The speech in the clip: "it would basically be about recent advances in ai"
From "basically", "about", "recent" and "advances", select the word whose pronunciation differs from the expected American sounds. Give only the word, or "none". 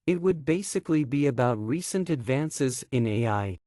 none